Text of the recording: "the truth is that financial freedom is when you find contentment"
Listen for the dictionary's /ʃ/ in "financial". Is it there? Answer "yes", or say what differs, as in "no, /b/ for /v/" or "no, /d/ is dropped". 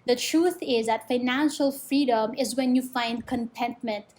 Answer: yes